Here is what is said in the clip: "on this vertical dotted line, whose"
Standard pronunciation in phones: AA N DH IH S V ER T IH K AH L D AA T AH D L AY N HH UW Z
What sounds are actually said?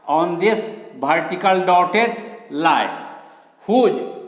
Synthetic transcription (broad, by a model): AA N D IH S B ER T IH K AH L D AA T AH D L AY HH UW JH